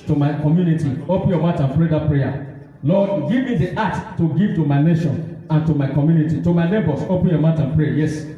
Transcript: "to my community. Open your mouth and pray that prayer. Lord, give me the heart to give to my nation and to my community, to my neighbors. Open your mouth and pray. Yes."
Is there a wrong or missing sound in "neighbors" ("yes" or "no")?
yes